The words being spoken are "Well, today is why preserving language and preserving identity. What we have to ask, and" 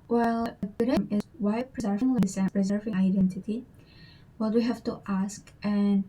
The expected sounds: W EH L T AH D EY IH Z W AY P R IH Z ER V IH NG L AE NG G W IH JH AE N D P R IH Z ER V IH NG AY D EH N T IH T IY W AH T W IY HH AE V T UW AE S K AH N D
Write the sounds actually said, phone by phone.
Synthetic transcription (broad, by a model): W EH L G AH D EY IH Z W AY P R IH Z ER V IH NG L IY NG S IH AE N P R IH Z ER V IH NG AY D EH N T IH T IY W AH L W IY HH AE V T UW AE S K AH N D